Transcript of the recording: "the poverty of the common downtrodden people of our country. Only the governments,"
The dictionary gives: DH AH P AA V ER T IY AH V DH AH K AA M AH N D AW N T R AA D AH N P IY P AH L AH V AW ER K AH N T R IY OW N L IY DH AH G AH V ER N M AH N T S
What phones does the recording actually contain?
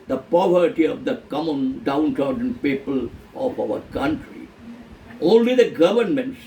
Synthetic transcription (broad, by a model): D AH P AA V ER T IY AH V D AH K AA M AH N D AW N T AA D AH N P IY P AH L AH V AW ER K AH N T R IY OW N L IY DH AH G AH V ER N M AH N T S